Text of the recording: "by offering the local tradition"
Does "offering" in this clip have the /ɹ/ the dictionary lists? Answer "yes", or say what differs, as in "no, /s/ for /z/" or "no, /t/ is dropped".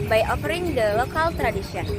yes